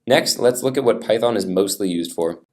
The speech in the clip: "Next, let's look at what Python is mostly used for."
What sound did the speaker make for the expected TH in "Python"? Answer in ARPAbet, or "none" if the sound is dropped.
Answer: TH